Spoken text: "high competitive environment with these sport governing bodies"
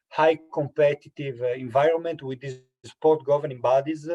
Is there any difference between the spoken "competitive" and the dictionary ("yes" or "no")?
no